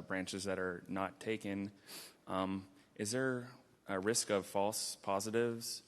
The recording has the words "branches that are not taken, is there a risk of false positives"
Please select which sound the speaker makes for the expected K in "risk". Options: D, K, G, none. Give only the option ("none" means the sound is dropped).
K